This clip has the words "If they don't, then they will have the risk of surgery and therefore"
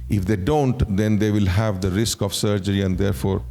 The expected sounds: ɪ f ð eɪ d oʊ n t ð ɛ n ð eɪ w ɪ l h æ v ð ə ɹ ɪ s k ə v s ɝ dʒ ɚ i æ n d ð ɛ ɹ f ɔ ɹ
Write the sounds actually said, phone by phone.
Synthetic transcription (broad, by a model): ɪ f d eɪ d oʊ n t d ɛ n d eɪ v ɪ l h æ v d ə ɹ ɪ s k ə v s ɝ dʒ ɚ i æ n d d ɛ ɹ f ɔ ɹ